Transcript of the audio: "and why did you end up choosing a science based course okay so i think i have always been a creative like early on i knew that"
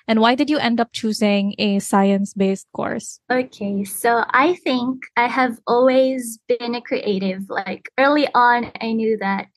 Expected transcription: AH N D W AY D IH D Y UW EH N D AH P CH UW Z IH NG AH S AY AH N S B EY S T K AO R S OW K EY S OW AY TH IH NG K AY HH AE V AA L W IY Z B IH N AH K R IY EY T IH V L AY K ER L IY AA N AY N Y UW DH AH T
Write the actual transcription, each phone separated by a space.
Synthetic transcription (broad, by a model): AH N W AY D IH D Y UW EH N D AH P CH UW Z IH NG AH S AY AH N S B EY S T K AO R S OW K EY S OW AY TH IH NG K AY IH V AA L W IY Z B IH N AH K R IY EY T IH V L AY K ER L IY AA N AY N Y UW DH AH T